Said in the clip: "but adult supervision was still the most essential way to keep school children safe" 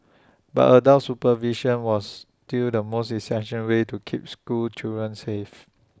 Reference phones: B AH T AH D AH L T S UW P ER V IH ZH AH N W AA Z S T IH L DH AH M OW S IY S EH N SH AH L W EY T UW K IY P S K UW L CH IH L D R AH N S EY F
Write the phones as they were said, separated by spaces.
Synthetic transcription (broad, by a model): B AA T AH D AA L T S UW P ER V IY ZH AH N W AA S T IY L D AH M OW S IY S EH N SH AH N W EY T UW K IY P S K UW L CH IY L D R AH N S EY F